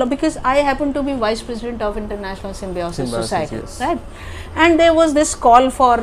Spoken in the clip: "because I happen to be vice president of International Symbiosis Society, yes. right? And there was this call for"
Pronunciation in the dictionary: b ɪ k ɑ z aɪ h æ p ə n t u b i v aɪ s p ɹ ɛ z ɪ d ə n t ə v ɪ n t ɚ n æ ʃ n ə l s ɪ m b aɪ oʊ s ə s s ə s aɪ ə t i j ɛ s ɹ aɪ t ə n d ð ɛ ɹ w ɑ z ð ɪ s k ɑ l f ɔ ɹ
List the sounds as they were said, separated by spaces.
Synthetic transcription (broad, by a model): b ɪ k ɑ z aɪ h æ p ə n t u b i v aɪ s p ɹ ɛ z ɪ d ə n t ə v ɪ n t ɚ n æ ʃ n ə l s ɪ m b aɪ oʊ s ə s s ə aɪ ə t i ɹ aɪ t ə n d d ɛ ɹ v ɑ z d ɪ s k ɑ l f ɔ ɹ